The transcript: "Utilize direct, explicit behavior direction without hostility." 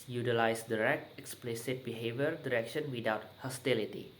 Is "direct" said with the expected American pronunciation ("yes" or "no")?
yes